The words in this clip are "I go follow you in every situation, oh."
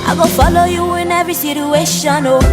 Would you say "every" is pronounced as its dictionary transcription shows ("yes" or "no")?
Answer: no